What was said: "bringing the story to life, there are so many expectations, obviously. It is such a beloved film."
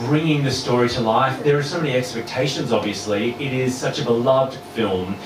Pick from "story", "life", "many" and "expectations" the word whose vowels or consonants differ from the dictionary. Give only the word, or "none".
none